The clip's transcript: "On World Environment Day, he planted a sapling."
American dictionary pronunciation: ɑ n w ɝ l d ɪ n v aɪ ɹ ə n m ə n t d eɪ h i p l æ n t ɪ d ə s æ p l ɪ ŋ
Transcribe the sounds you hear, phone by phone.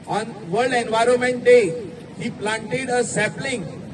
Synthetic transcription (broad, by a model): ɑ n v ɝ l d ɪ n v aɪ ɹ ə n m ə n t d eɪ h i p l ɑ n t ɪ d ə s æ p l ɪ ŋ